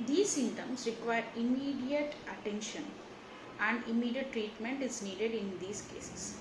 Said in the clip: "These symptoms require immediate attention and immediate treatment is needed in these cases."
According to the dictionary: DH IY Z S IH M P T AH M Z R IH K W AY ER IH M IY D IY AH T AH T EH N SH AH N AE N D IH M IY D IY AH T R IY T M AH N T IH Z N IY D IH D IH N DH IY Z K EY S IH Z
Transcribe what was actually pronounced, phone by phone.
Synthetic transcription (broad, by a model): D IY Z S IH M T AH M S R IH K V AY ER IH M IY D IY AH T AH T EH N SH AH N AE N D IH M IY D IY AH T R IY T M AH N T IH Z N IY D IH D IH N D IY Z K EY S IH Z